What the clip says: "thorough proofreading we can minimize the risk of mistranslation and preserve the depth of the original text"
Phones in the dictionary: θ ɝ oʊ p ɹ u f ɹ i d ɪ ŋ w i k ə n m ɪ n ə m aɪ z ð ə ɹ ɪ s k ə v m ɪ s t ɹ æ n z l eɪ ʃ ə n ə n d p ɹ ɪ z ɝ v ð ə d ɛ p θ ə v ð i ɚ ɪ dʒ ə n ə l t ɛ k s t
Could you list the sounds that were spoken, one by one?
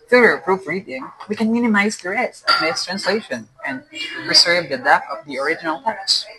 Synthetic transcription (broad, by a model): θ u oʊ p ɹ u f ɹ i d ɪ ŋ w i k ə n m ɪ n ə m aɪ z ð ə ɹ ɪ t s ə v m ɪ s t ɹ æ n s l eɪ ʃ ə n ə n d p ɹ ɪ s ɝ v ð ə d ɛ θ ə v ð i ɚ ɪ dʒ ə n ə l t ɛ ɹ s